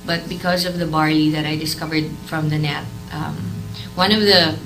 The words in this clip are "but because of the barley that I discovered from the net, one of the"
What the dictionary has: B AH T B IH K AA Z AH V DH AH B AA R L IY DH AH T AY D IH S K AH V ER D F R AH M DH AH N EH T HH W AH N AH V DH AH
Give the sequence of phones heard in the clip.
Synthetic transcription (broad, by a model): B AH T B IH K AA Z AH V DH AH B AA R IY DH AH T AY D IH S K AH V ER D F R AH M DH AH N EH T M W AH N AH V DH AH